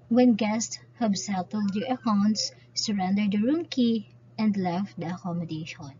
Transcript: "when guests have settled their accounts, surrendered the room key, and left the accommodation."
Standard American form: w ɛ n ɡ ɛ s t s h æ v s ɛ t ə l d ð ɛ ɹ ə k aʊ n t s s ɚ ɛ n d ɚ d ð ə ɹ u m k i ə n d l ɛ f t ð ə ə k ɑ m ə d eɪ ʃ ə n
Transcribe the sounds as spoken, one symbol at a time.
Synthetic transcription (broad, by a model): w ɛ n ɡ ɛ s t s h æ b s ɛ t ə l d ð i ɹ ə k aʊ n t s s ɚ ɛ n d ɚ d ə ɹ u m k i ə n d l ɛ f t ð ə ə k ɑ m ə d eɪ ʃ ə n